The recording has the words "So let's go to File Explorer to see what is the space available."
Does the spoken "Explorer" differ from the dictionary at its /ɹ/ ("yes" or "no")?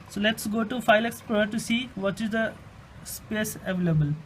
yes